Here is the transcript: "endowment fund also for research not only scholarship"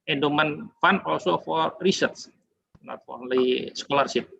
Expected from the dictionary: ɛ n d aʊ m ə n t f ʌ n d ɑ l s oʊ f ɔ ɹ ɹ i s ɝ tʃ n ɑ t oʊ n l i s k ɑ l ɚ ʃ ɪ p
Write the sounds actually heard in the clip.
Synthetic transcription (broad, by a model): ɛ n d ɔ m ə n f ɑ n ɑ l s oʊ f ɔ ɹ ɹ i s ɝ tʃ n ɑ t oʊ n l i s k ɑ l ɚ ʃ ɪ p